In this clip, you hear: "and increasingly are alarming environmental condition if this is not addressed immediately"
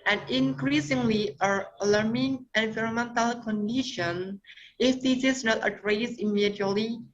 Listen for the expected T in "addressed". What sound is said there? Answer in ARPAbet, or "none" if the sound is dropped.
none